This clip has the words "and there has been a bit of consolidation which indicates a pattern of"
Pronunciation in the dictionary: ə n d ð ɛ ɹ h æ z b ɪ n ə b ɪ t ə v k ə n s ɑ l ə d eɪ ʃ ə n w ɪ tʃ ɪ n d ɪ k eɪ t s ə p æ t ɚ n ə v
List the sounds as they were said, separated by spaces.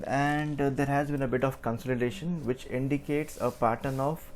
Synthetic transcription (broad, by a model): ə n d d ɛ ɹ h æ z b ɪ n ə b ɪ t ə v k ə n s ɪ l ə d eɪ ʃ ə n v ɪ tʃ ɪ n d ɪ k eɪ t s ə p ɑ t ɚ n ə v